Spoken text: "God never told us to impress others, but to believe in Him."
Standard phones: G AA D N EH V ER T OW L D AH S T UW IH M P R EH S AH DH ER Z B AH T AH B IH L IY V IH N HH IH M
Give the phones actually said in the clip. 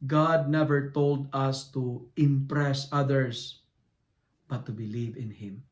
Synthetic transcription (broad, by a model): G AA D N EH V ER T OW L D AH S T UW IH M P R EH S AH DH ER S B AH T AH B IH L IY V IH N HH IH M